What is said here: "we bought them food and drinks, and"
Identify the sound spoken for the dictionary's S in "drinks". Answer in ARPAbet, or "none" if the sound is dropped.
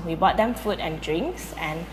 S